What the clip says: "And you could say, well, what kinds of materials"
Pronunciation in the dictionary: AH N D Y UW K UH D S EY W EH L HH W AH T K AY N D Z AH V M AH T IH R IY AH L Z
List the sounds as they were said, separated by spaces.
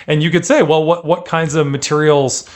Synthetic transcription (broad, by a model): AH N Y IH K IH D S EY W EH L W W AH T K AY N D Z AH V M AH T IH R IY L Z